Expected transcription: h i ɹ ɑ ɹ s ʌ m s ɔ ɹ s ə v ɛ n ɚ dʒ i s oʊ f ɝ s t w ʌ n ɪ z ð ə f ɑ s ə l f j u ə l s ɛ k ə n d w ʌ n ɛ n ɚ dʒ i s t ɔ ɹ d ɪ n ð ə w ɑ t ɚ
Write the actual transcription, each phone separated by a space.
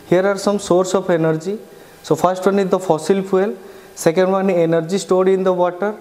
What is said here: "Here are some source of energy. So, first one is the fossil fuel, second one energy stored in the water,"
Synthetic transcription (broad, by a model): h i ɹ ɑ ɹ s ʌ m s ɔ ɹ s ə p ɛ n ɚ dʒ i s oʊ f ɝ s t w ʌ n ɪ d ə f ɑ s ə l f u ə l s ɛ k ə n d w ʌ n ɛ n ɚ dʒ i s t ɔ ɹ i ɪ n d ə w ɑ t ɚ